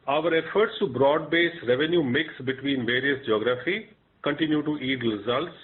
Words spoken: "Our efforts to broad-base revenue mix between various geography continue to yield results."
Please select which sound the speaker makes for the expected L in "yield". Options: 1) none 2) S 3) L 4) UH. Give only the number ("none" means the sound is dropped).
1